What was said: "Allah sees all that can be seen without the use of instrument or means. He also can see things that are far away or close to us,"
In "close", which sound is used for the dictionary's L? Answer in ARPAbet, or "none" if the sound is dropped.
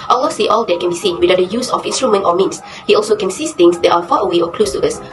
L